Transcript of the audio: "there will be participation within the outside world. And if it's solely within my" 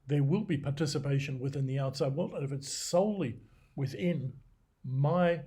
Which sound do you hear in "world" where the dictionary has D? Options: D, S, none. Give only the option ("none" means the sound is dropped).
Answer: none